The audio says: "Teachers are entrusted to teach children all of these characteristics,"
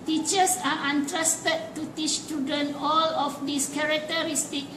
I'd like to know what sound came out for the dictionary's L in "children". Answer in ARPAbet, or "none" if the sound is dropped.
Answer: none